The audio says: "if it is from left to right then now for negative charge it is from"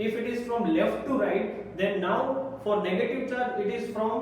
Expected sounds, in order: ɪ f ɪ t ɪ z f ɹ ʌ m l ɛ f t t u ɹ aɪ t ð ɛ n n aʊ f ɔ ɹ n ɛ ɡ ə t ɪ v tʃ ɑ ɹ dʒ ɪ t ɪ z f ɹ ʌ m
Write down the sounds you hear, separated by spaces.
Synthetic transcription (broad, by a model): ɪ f ɪ t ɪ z f ɹ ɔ m l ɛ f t t u ɹ aɪ t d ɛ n n aʊ f ɔ ɹ n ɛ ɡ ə t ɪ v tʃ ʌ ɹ ɪ t ɪ z f ɹ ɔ m